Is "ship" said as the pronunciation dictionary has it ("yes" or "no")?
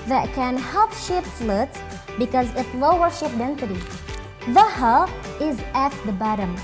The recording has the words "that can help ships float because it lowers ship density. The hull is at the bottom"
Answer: yes